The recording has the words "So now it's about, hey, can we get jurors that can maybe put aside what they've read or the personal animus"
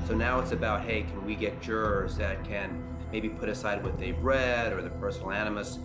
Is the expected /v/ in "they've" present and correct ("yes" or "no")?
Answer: no